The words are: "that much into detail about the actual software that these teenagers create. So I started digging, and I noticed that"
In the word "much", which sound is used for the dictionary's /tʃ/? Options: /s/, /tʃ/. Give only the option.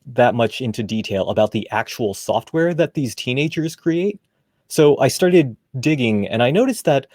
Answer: /tʃ/